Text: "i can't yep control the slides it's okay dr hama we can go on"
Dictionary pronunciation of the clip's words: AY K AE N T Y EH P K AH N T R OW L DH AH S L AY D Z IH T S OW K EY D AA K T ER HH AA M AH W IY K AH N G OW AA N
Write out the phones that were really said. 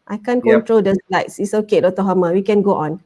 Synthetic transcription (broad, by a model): AY K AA N K AH N T R OW L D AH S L AY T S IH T S OW K EY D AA T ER HH AA M AH W IY K AH N G OW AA N